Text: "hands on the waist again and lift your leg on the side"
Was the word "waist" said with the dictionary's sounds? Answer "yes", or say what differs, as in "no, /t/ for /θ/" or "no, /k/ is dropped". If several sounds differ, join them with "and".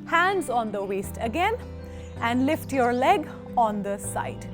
yes